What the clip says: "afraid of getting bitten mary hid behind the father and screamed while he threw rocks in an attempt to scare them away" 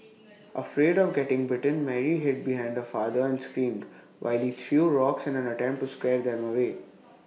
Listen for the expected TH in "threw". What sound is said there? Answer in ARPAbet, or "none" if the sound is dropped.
T